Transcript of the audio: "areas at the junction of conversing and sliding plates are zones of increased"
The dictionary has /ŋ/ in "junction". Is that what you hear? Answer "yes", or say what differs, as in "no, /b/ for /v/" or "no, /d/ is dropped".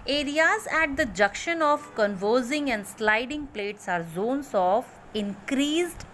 no, /ŋ/ is dropped